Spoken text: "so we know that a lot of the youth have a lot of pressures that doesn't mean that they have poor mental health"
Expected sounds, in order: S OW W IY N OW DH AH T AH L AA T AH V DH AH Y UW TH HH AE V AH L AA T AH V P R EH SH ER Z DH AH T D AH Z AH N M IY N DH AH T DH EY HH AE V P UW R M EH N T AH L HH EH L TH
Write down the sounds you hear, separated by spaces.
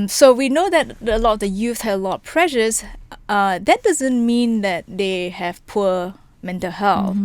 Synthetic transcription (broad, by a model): S OW W IY N OW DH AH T AH L AA T AH V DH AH Y UW TH HH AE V AH L AA T P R EH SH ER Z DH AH T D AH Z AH N M IY N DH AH T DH EY HH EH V P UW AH M EH N T AH L HH EH L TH